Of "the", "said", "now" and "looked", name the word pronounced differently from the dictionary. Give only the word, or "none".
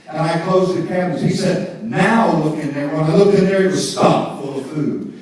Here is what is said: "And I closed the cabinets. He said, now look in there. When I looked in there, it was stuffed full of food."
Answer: looked